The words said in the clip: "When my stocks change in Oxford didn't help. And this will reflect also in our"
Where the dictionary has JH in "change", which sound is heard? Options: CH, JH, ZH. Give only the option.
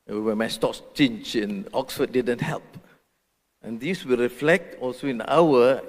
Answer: CH